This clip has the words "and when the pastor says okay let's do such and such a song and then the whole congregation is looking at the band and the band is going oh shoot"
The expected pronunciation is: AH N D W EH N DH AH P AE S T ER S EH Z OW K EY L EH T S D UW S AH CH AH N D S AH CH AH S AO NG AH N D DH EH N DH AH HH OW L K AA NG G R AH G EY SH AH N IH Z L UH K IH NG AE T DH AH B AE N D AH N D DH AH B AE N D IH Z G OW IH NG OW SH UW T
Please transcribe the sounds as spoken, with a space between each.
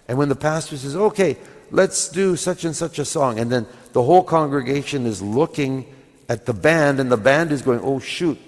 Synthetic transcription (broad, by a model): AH N W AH N DH AH P AE S T ER S EH Z OW K EY L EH T S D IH S AH CH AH N S AH CH AH S AO NG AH N DH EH N DH AH HH OW L K AA NG G R AH G EY SH AH N IH Z L UH K IH NG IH T DH AH B AE N D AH N DH AH B AE N D IH Z G OW IH NG OW SH UW T